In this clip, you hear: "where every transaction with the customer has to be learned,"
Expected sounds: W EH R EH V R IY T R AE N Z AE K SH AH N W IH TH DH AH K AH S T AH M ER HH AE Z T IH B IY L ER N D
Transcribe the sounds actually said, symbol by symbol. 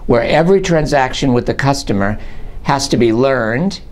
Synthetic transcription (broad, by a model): W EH R EH V R IY T R AE N Z AE K SH AH N W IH DH AH K AH S T AH M ER HH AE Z T IH B IY L ER N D